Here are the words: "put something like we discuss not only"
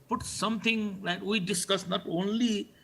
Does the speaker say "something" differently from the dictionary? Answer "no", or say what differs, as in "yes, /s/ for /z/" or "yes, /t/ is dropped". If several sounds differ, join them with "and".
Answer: yes, /t/ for /θ/